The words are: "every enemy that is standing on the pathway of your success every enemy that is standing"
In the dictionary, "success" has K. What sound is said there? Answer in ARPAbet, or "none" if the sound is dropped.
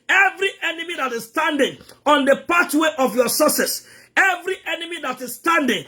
none